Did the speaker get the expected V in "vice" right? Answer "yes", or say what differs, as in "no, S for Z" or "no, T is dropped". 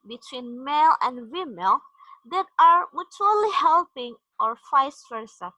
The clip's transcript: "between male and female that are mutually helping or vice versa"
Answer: no, F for V